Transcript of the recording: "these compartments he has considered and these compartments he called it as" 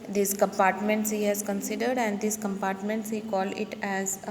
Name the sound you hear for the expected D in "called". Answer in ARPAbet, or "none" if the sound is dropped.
none